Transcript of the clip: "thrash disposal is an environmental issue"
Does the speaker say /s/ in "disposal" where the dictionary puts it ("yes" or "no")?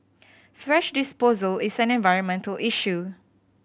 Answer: yes